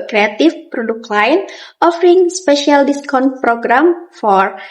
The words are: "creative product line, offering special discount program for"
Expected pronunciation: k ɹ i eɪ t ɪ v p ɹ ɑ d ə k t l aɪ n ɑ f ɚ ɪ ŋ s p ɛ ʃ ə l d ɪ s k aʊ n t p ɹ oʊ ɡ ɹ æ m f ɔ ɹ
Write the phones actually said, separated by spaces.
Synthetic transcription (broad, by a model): k ɹ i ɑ t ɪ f p ɹ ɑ d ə k l aɪ n ɑ f ɚ ɪ ŋ s p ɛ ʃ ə l d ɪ s k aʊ n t p ɹ oʊ ɡ ɹ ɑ m f ɔ ɹ